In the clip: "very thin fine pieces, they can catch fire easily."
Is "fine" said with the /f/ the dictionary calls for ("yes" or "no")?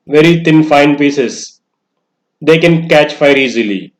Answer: yes